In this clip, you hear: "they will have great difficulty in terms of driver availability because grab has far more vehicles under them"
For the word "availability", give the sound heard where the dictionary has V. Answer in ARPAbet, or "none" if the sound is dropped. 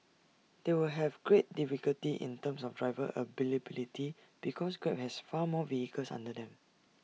B